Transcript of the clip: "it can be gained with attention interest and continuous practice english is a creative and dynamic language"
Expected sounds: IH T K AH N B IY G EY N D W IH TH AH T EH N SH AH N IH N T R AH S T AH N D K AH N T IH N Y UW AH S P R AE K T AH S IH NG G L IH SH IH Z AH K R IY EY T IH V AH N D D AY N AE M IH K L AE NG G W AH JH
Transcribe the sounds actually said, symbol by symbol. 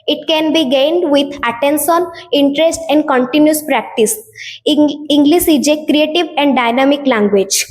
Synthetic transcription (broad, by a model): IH T K AH N B IY G EY N D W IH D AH T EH N S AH N IH N T R AH S T AH N D K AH N T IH N Y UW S P R AE K T AH S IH NG G L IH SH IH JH AH K R IY EY T IH V AH N D D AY N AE M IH K L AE NG G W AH JH